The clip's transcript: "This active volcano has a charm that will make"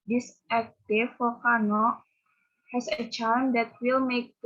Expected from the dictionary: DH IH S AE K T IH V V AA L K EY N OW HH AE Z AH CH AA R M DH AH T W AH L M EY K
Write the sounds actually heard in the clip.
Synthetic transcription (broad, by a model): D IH S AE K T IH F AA K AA N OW HH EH S AH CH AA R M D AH T W AH L M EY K